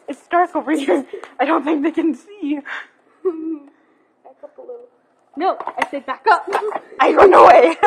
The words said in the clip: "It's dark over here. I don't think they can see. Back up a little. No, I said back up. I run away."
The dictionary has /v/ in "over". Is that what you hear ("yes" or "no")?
no